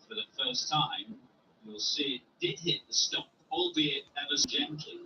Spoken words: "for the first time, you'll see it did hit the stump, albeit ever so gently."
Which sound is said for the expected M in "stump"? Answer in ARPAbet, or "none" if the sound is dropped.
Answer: none